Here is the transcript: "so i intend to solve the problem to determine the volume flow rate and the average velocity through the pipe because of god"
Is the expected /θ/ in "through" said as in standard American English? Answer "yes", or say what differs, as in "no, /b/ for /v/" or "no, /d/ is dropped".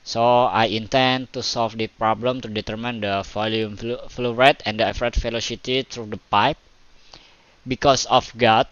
no, /t/ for /θ/